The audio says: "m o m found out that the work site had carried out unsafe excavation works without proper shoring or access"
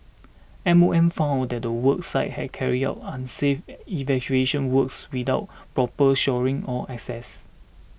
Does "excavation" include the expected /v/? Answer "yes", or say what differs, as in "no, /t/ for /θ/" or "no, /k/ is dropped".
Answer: no, /v/ is dropped